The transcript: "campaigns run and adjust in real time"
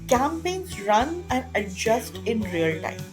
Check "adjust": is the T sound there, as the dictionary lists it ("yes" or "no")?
yes